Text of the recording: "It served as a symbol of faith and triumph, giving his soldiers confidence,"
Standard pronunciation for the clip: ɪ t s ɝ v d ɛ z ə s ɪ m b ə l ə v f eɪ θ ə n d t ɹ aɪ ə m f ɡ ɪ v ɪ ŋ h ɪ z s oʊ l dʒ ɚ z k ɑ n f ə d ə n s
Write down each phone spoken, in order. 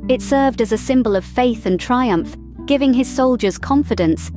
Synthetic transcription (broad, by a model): ɪ t s ɝ v d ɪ z ə s ɪ m b ə l ə v f eɪ θ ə n t ɹ aɪ ə m f ɡ ɪ v ɪ ŋ ɪ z s oʊ l dʒ ɚ z k ɑ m f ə d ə n s